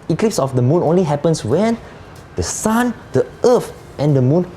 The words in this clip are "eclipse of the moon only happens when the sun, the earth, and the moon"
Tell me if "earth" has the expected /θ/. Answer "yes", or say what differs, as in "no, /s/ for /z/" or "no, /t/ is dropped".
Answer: no, /f/ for /θ/